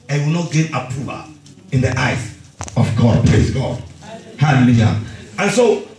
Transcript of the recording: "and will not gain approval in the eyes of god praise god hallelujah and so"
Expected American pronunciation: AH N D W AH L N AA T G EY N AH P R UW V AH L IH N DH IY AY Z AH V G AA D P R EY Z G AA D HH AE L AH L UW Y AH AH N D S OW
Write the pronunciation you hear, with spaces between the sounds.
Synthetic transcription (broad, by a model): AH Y W AH L N AA T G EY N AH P UW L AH IH N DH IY AY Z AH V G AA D P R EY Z G AA D HH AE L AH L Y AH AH N S OW